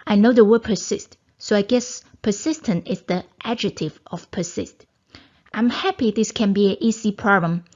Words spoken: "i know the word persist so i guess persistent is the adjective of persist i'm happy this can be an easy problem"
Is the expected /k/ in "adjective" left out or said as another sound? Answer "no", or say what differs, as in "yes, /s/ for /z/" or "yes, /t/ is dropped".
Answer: yes, /k/ is dropped